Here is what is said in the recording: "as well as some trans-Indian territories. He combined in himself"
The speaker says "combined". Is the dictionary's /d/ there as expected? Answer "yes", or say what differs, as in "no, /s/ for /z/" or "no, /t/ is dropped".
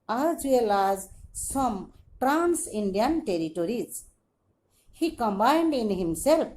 yes